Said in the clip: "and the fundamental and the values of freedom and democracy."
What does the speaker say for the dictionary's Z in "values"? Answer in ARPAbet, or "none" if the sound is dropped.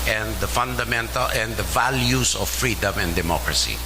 S